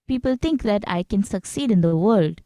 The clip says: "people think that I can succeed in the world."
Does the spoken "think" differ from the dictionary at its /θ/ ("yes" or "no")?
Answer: yes